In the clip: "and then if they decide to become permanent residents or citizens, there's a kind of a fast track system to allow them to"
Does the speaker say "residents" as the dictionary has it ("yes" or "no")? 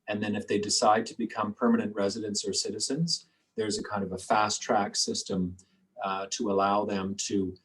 yes